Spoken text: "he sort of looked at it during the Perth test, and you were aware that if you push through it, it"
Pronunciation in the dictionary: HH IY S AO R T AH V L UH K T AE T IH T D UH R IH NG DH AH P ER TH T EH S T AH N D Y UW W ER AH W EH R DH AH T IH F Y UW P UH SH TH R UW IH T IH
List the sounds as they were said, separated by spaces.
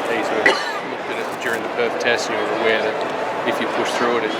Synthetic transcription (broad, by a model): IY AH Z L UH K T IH T IH T D UH R IH NG DH AH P ER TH T EH S T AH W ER AH W EH R DH AH T IH F Y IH P UH SH TH R UW IH T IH